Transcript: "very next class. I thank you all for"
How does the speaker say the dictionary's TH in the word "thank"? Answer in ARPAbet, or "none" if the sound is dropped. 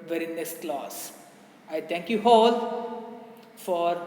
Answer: T